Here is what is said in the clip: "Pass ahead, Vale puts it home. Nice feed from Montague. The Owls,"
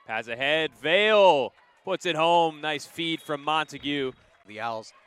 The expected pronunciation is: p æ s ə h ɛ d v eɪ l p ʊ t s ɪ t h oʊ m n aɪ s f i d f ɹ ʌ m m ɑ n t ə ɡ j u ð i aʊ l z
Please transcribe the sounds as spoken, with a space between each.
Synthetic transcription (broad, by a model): p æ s ə h ɛ d v eɪ l p ʊ t s ɪ t h oʊ m n aɪ s f i d f ɹ ʌ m m ɑ n t ə ɡ j u ð i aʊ l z